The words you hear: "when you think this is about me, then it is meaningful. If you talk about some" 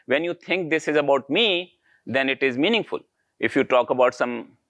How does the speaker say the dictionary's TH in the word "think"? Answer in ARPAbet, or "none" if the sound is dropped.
T